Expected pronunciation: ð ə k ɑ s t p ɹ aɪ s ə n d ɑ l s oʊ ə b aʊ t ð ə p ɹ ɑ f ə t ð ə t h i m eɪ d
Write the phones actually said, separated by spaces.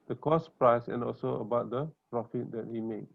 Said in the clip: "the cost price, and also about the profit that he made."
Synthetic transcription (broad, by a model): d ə k ɑ s p ɹ aɪ s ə n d ɑ l s oʊ ə b aʊ t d ə p ɹ ɑ f ə t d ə t h i m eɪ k